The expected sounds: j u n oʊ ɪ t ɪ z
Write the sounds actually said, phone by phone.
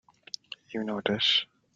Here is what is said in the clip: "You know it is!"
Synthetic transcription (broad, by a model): j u n oʊ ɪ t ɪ s